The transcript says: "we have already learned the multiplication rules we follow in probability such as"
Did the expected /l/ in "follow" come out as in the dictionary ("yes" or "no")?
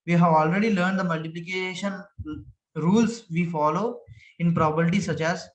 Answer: yes